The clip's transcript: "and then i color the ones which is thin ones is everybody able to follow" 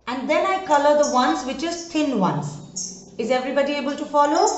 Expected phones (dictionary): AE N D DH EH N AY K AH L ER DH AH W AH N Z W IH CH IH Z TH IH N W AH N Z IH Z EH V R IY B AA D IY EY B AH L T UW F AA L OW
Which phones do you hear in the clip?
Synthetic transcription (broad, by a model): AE N D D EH N AY K AH L ER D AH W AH N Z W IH CH IH Z T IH N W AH N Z IH Z EH V R IY B AA D IY EY B AH L T UW F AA L OW